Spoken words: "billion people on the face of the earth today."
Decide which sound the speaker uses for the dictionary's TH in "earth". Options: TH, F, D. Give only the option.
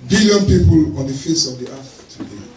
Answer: F